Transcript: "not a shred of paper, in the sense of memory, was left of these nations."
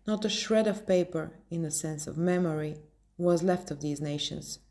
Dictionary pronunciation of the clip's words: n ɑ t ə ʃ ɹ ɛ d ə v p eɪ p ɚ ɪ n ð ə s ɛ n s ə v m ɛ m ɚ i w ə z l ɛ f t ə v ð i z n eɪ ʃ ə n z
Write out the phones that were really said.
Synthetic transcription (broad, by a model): n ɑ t ə ʃ ɹ ɛ d ə v p eɪ p ɚ ɪ n ð ə s ɛ n s ə v m ɛ m ɚ i w ə z l ɛ f t ə v ð i z n eɪ ʃ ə n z